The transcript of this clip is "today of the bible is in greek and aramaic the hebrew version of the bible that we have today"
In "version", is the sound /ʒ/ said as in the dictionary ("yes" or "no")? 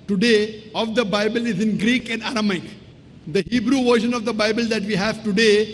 no